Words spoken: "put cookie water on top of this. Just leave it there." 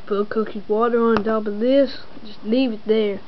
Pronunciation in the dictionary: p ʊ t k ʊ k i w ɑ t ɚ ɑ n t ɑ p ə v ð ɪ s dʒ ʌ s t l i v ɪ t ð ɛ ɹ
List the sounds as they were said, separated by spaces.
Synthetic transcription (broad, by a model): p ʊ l k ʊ k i w ɑ t ɚ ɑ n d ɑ b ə ð ɪ s dʒ ʌ s t l i v ɪ t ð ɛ ɹ